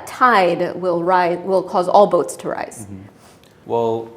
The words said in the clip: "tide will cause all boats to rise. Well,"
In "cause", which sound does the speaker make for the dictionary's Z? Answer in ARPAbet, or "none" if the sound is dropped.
Z